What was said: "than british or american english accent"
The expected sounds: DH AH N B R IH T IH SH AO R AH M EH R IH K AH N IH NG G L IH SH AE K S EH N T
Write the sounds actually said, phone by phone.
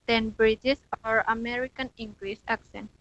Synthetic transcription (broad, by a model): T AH N B R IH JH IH S AO R AH M EH R IH K AH N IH NG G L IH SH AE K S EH N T